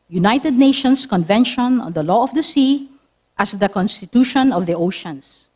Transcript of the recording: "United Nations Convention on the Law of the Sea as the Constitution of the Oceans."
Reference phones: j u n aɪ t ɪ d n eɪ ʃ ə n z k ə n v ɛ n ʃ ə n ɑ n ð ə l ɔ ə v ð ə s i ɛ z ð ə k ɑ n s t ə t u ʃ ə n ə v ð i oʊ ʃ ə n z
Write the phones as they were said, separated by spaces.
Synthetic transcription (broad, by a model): j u n aɪ t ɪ d n eɪ ʃ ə n s k ə n v ɛ n ʃ ə n ɑ n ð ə l ɔ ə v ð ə s i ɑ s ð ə k ɑ n s t ə t u ʃ ə n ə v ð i oʊ ʃ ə n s